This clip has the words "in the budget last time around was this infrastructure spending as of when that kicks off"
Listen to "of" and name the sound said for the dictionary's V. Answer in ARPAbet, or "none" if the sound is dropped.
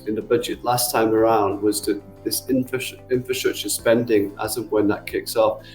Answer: V